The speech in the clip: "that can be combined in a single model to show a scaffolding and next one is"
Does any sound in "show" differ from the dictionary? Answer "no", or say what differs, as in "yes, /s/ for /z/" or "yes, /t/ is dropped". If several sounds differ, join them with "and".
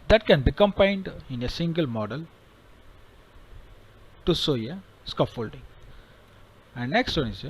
yes, /s/ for /ʃ/